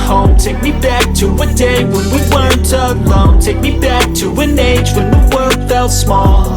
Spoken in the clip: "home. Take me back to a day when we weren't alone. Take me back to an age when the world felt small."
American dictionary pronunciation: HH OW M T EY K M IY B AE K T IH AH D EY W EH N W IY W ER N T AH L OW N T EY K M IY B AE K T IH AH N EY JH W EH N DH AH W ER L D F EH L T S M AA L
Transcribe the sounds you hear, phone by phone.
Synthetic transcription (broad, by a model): HH OW M T EY K M IY B AE K T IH AH D EY W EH N W IY W ER N T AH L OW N T EY K M IY B AE K T IH AH N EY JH W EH N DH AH W ER L D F EH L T S M AA L